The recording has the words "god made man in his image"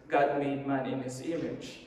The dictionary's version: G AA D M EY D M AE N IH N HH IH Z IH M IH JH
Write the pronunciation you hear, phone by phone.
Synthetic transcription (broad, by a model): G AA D M EY D M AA N IH N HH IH S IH M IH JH